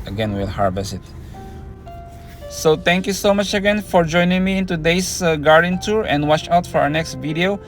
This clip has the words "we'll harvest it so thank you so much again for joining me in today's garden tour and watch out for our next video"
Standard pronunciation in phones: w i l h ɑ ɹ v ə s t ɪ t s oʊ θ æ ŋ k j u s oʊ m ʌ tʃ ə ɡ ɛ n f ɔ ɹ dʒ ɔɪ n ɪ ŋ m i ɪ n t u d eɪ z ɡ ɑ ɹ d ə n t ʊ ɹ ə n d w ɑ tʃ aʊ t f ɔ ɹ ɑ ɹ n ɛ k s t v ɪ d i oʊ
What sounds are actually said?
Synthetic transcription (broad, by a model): w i l h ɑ ɹ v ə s ɪ t s oʊ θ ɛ ŋ k j u s oʊ m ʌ tʃ ə ɡ ɛ n f ɔ ɹ dʒ ɔɪ n ɪ ŋ m i ɪ n t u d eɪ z ɡ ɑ ɹ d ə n t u ɹ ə n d w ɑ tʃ aʊ t f ɔ ɹ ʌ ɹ n ɛ k s t v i d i oʊ